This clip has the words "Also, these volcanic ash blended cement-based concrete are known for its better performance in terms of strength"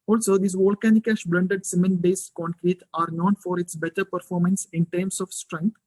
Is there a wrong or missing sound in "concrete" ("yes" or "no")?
no